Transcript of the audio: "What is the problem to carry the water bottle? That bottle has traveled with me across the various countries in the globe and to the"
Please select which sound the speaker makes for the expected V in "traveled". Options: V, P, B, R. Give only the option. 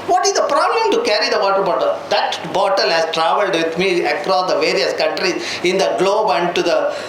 V